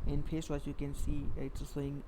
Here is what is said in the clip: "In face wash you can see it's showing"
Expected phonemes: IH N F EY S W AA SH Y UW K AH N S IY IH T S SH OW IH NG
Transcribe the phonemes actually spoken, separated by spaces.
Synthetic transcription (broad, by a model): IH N P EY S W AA S Y UW K AH N S IY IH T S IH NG